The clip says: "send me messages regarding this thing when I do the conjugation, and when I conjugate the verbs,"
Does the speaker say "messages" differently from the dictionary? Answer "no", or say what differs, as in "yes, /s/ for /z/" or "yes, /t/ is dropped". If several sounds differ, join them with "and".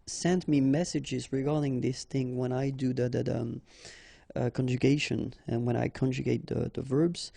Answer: no